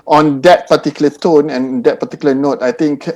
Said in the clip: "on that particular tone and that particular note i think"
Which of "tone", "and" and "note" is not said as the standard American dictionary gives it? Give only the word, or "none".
none